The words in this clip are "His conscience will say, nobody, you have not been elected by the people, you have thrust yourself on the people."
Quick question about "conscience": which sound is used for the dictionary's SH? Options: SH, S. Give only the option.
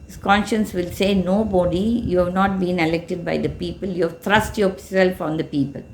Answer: SH